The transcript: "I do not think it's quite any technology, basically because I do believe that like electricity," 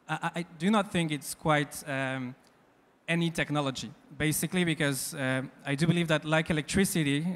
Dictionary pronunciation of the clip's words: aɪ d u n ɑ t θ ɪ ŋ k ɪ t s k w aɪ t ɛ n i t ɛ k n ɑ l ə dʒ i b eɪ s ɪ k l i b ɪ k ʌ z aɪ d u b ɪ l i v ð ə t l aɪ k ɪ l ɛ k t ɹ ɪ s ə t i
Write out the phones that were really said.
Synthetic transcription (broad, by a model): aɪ d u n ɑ t θ ɪ ŋ k ɪ t s k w aɪ t ɛ n i t ɛ k n ɑ l ə dʒ i b eɪ s ɪ k l i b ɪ k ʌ z aɪ d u b ɪ l i v ð ə t l aɪ k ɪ l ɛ k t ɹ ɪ s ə t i